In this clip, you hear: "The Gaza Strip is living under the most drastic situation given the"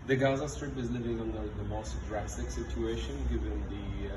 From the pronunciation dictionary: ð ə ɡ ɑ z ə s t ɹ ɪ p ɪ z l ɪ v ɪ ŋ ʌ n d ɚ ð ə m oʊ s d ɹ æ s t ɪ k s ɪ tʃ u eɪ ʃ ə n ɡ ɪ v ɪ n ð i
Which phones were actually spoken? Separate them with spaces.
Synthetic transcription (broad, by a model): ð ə ɡ ɑ z ə s t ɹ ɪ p ɪ z l ɪ v ɪ ŋ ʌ n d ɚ ð ə m oʊ s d ɹ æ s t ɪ k s ɪ tʃ u eɪ ʃ ə n ɡ ɪ v ɪ n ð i